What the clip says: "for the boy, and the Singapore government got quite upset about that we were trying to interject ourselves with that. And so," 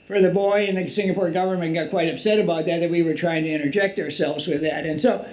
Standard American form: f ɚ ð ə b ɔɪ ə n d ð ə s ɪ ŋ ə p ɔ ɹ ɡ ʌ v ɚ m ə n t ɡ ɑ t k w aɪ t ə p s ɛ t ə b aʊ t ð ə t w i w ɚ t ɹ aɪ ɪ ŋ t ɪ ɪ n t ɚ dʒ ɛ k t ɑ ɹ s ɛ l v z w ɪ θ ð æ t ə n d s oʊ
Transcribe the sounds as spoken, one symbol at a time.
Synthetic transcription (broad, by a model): f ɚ ð ə b ɔɪ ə n ð ə s ɪ ŋ ə p ɔ ɹ ɡ ʌ v ɚ m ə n ɡ ɑ t k w aɪ t ə p s ɛ t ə b aʊ t ð ə t w i w ɚ t ɹ aɪ ɪ ŋ t ɪ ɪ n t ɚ dʒ ɛ k t ɑ ɹ s ɛ l v z w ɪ ð æ t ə n s oʊ